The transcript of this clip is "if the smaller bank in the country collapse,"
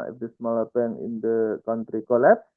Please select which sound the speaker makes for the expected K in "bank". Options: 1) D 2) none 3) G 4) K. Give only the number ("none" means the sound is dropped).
2